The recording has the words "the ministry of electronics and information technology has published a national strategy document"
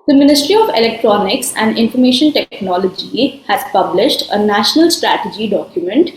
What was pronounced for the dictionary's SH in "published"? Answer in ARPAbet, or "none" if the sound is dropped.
SH